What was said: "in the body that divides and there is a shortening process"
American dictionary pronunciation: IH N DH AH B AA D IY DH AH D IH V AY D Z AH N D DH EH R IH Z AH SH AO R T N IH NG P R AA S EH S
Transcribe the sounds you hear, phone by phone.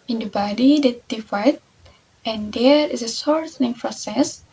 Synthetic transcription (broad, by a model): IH N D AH B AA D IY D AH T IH F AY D AH N D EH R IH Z AH S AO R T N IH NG P R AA S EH S